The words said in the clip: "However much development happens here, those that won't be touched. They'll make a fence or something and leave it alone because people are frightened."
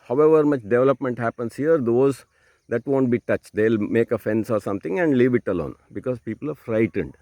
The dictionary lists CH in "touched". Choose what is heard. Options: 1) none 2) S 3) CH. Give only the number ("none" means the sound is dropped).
3